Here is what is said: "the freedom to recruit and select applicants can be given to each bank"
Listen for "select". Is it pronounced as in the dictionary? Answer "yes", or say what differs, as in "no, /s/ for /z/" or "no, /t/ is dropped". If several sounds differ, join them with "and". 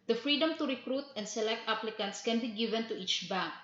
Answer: yes